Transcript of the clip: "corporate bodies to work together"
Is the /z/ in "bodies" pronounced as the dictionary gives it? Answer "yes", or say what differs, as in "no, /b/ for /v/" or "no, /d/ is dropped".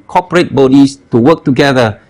no, /s/ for /z/